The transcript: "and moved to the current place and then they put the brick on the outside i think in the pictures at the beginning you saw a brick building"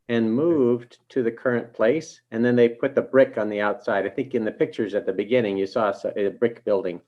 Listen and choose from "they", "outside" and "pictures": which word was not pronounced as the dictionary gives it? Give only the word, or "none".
none